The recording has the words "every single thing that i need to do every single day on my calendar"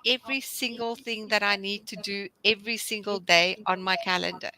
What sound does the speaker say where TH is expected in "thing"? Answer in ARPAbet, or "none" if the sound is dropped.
TH